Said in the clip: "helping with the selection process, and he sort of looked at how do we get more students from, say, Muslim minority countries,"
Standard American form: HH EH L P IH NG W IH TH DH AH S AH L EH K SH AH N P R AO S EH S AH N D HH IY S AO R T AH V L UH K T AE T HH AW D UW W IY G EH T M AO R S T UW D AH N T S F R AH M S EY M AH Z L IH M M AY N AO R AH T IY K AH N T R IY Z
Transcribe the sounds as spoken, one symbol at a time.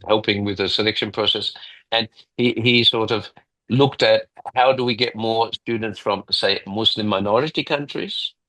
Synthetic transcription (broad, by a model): HH EH L P IH NG W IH DH AH S AH L EH K SH AH N P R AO S EH S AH N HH HH IY S AO R T AH V L UH K T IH T HH AW D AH W IY G EH T M AO R S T UW D N T S F R AH M S EY M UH S L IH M M AY N AO R AH T IY K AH N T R IY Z